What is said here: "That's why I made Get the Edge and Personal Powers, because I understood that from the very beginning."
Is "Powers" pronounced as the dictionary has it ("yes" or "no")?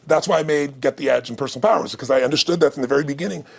yes